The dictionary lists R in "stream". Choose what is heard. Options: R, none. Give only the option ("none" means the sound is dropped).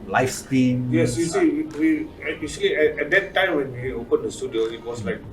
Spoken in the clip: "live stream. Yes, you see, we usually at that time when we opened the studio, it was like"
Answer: none